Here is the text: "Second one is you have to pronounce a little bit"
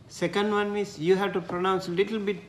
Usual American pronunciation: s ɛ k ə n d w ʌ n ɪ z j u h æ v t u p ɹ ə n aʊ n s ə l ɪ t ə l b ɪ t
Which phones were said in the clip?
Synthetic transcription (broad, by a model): s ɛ k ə n d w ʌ n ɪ s j u h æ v t u p ɹ ə n aʊ n s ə l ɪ t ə l b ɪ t